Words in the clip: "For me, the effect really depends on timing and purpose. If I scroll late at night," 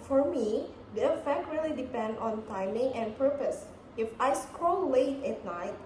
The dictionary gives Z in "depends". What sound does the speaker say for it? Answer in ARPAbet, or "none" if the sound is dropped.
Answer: none